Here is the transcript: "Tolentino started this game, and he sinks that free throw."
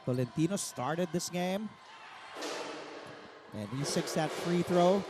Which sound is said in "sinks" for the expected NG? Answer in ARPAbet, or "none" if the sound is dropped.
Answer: none